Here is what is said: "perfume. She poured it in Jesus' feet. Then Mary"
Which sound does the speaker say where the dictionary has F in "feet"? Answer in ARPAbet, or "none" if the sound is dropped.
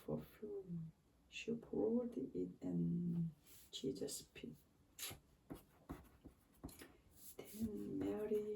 P